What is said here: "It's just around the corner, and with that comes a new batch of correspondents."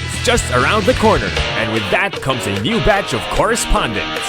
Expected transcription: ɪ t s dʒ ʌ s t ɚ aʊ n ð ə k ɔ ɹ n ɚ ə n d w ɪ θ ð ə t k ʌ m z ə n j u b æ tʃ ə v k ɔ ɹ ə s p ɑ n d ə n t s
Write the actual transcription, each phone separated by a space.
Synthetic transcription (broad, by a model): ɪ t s dʒ ʌ s t ɚ aʊ n ð ə k ɔ ɹ n ɚ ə n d w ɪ ð ə t k ʌ m z ə n j u b æ tʃ ə v k ɔ ɹ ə s p ɑ n d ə n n s